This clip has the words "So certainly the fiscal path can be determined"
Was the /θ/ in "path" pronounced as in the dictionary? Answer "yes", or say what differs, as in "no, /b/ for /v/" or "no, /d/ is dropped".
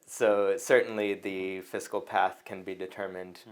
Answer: yes